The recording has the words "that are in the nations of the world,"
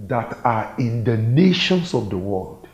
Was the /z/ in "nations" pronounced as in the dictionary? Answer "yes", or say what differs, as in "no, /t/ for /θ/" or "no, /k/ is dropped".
no, /s/ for /z/